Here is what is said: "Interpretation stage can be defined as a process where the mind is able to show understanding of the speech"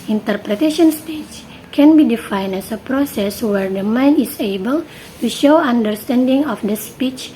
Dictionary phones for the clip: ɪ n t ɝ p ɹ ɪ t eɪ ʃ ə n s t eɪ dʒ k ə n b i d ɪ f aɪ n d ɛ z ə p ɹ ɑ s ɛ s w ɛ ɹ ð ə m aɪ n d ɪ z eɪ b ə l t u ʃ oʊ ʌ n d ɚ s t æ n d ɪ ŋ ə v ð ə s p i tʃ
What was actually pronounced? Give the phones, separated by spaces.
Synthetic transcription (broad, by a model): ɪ n t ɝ p ɹ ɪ t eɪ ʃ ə n s t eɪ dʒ k ə n b i d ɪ f aɪ n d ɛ s ə p ɹ ɑ s ɛ s w ɛ ɹ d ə m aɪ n ɪ s eɪ b ə l t u ʃ oʊ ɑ n d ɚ s t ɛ n d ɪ ŋ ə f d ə s p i tʃ